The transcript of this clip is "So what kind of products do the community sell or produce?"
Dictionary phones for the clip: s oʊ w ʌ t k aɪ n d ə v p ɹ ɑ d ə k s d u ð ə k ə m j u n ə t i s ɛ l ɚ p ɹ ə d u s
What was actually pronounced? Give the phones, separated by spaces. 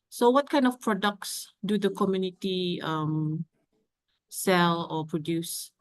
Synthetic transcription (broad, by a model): s oʊ w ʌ t k aɪ n d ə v p ɹ ɑ d ə k s d u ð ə k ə m j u n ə t i s ɛ l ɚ p ɹ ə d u s